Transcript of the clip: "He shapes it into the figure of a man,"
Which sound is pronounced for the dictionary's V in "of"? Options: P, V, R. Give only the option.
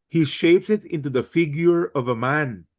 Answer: V